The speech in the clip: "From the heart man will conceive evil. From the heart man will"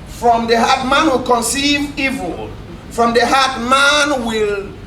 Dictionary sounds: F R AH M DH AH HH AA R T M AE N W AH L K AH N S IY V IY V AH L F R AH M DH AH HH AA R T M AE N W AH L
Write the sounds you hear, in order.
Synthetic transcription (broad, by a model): F R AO M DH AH HH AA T M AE N W AH L K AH N S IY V IY V AH L F R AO M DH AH HH AA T M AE N W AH L